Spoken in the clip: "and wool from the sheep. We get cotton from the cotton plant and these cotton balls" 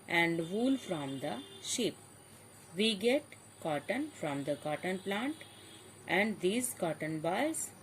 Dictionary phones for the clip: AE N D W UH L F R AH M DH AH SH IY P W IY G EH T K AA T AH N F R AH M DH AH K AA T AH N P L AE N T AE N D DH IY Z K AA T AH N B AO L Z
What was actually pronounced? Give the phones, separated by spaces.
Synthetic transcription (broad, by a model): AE N D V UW L F R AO M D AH SH IY P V IY G EH T K AA T AH N F R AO M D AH K AA T AH N P L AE N T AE N D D IY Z K AA T AH N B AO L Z